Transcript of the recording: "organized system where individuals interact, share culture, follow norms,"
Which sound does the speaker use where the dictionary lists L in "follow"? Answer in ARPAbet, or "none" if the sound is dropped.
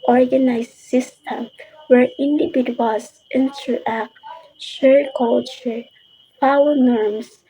W